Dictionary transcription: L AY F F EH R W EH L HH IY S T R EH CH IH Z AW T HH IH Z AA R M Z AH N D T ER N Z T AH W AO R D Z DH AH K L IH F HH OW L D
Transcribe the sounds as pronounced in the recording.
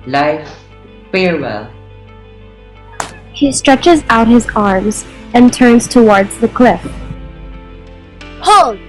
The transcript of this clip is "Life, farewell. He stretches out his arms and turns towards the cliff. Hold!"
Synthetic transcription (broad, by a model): L AY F F EH R W EH L HH IY S T R EH CH IH Z AW T HH IH Z AA R M Z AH N T ER N Z T AH W AO R D Z DH AH K L IH F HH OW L